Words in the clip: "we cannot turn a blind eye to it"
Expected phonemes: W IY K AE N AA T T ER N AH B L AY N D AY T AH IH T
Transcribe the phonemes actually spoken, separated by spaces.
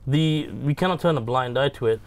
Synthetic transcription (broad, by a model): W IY K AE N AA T T ER N AH B L AY N D AY T AH IH T